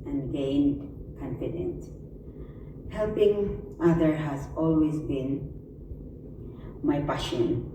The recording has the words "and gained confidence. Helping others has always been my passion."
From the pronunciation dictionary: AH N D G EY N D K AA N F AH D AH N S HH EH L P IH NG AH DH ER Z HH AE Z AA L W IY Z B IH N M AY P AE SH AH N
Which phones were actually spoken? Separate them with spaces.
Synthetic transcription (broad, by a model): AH N G EY N D K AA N F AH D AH N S HH EH L P IH NG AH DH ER HH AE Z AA L W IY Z B IH N M AY P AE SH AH N